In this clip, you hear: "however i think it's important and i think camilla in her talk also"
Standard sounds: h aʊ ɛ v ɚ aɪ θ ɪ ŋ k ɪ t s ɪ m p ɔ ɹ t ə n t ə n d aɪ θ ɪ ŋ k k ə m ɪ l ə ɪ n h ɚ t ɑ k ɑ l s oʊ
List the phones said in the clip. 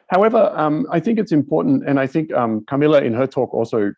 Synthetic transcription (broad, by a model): h aʊ ɛ v ɚ aɪ θ ɪ ŋ k ɪ t s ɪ m p ɔ ɹ t n t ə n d aɪ θ ɪ ŋ k k ə m ɪ l ə ɪ n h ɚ t ɑ k ɑ l s oʊ